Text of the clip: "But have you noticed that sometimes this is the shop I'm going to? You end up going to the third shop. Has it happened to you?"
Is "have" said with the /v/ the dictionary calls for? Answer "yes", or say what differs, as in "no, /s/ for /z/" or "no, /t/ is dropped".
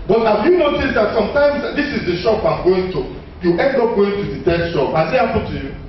no, /f/ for /v/